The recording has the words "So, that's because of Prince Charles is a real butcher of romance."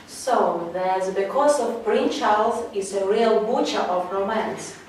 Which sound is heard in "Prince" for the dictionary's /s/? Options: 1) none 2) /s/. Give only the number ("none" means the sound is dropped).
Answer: 1